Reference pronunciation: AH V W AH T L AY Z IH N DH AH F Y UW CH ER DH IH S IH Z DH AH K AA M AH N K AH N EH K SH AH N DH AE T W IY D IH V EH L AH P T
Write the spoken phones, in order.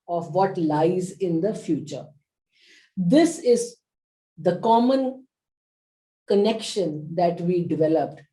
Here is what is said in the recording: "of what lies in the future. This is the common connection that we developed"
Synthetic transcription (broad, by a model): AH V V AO T L AY Z IH N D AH F Y UW CH ER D IH S IH Z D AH K AA M AH N K AH N EH K SH AH N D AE T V IY D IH V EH L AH P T